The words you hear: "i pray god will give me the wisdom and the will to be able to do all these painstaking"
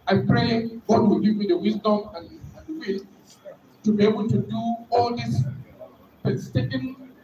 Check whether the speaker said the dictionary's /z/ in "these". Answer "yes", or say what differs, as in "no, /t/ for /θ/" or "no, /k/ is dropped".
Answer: no, /s/ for /z/